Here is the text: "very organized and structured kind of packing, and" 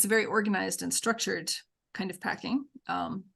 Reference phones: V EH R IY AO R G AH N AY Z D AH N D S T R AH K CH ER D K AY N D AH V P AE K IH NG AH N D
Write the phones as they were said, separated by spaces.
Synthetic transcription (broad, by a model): V EH R IY AO R G AH N AY Z D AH N S T R AH K CH ER D K AY N D AH V P AE K IH NG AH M